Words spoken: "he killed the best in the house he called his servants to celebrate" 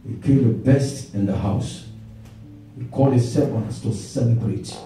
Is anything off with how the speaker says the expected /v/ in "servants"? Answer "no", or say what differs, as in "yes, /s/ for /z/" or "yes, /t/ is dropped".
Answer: yes, /w/ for /v/